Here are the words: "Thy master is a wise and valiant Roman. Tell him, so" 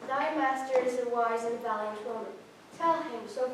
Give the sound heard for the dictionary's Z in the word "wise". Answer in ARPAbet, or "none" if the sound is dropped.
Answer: Z